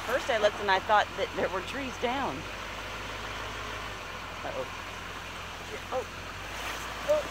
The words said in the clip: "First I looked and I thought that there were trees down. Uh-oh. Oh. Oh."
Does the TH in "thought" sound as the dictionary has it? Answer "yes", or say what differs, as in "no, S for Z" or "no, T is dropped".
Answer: yes